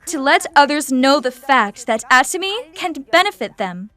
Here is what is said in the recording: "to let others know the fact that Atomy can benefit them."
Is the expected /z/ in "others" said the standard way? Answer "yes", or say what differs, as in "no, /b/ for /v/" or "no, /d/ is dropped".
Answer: yes